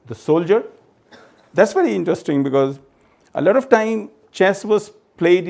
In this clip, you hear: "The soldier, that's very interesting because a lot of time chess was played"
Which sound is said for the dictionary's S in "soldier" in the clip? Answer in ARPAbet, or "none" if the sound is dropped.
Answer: S